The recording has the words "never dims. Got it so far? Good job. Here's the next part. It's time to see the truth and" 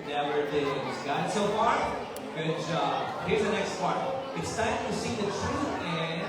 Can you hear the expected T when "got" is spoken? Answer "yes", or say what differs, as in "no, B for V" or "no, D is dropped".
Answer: no, T is dropped